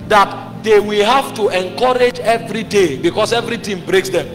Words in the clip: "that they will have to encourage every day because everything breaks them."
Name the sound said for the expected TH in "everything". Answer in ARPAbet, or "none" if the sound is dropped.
T